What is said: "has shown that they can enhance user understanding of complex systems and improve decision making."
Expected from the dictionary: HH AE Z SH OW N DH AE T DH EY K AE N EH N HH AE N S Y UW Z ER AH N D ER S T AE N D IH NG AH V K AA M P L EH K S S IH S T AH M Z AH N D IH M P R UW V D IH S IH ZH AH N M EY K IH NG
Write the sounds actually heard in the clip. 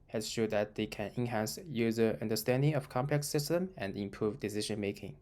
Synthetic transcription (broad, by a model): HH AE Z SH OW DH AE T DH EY K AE N EH N HH AE N S Y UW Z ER AH N D ER S T AE N D IH NG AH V K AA M P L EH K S S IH S T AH M AH N D IH M P R UW V D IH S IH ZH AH N M EY K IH NG